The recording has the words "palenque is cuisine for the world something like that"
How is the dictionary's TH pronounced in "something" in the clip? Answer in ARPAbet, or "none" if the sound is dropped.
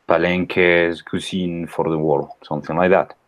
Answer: TH